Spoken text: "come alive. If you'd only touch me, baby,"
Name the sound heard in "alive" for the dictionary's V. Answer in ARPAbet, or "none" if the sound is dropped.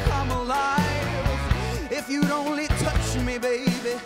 none